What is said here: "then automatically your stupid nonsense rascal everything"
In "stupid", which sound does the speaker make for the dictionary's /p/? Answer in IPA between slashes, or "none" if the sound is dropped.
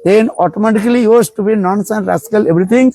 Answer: /b/